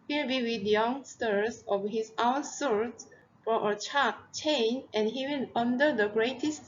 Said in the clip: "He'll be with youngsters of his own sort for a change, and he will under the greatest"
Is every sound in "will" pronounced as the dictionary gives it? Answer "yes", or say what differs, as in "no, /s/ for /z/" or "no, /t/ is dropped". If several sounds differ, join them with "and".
no, /n/ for /l/